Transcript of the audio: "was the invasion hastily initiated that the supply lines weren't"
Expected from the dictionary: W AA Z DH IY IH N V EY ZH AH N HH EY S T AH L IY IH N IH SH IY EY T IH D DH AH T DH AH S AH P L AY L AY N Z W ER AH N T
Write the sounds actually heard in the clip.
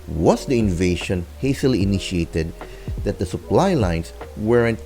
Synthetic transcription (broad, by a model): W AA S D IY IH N V EY SH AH N HH EY S T AH L IY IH N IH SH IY EY T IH D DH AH T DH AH S AH P L AY L AY N S W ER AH N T